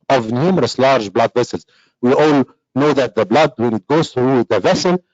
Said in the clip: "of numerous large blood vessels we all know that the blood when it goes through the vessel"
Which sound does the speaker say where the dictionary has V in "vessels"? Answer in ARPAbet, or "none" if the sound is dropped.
V